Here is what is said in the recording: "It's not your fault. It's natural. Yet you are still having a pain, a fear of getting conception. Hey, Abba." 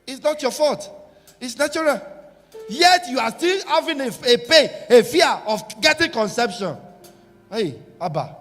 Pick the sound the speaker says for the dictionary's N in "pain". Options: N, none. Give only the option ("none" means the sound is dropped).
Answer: none